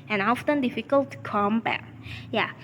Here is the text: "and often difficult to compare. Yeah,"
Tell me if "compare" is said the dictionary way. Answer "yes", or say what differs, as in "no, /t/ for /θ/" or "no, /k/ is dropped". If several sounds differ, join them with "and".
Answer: no, /b/ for /p/